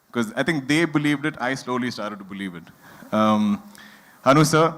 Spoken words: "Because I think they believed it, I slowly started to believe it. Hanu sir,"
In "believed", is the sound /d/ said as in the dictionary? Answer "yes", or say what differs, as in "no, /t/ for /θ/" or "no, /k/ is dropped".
yes